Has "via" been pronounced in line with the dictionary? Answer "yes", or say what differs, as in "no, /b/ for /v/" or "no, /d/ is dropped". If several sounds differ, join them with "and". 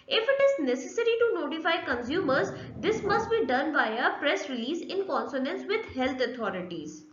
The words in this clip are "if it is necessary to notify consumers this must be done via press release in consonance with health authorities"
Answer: no, /b/ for /v/